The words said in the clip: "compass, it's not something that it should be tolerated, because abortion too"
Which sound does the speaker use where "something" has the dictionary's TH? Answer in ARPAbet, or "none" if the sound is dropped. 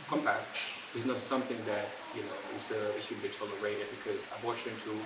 TH